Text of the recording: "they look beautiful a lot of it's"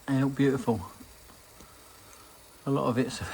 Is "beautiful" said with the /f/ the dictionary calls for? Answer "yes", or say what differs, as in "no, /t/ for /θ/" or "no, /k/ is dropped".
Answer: yes